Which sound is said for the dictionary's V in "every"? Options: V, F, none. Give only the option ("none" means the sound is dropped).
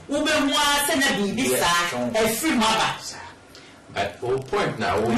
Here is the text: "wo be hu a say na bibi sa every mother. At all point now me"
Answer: F